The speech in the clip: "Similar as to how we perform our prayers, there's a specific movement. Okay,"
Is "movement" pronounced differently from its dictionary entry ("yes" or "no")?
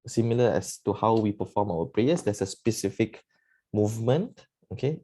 no